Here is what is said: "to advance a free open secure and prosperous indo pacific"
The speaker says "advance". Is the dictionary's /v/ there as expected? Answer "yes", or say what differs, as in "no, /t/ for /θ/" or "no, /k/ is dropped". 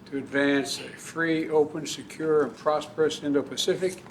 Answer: yes